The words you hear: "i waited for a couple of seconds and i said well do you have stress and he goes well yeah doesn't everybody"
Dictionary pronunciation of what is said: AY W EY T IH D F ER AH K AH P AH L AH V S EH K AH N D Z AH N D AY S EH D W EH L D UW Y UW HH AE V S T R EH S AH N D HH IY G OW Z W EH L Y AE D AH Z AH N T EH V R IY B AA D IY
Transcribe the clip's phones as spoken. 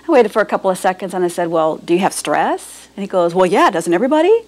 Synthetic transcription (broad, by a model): AY W EY T IH D F ER AH K AH P L AH V S EH K AH N D Z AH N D AY S EH D W EH L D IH Y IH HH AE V S T R EH S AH N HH IY G OW Z W EH L Y AE D AH Z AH N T EH V R IY B AA D IY